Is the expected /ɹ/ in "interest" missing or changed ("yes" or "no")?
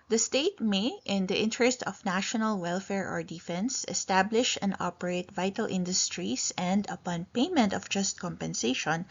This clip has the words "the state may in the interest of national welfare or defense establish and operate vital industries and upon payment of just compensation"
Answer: no